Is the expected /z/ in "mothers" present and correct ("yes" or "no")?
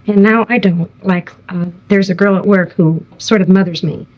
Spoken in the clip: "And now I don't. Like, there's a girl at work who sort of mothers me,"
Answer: yes